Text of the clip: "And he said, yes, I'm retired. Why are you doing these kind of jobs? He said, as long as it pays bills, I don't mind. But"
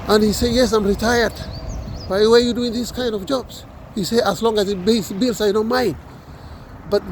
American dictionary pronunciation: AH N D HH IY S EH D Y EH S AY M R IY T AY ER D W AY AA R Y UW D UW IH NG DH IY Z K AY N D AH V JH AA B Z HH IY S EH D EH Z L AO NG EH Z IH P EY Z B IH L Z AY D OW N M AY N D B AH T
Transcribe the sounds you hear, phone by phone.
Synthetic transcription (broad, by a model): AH N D HH IY S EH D Y EH S AY M R IY T AY ER D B AY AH W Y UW D UW IH NG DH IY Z K AY N D AH V JH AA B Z HH IY S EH AH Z L AO NG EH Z IH B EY S B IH L S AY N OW M AY N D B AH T